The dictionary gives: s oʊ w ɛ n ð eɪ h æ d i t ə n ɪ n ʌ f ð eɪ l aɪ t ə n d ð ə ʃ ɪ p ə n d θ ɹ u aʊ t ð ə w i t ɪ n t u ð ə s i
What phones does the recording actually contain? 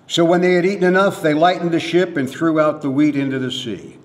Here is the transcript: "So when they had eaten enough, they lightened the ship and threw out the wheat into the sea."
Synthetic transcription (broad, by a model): s oʊ w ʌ n ð eɪ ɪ d i t n ɪ n ʌ f ð eɪ l aɪ t n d ð ə ʃ ɪ p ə n θ ɹ u aʊ t ð ə w i t ɪ n t u ð ə s i